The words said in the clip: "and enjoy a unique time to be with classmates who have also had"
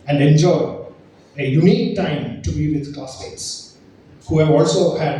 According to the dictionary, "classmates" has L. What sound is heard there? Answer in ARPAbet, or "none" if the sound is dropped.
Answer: none